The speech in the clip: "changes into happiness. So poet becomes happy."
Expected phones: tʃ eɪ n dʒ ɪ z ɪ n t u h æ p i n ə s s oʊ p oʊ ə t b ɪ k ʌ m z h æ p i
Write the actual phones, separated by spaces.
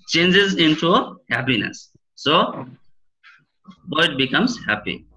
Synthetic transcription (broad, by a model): tʃ eɪ n dʒ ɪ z ɪ n t u h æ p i n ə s s oʊ b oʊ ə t b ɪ k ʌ m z h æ p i